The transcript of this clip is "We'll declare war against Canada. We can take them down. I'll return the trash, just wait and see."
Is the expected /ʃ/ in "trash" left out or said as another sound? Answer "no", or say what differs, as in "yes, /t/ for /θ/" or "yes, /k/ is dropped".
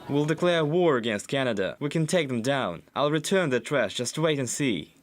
yes, /s/ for /ʃ/